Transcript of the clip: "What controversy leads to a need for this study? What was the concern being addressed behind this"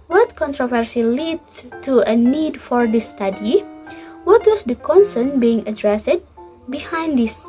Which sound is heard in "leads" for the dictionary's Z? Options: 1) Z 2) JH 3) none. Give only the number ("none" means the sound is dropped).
3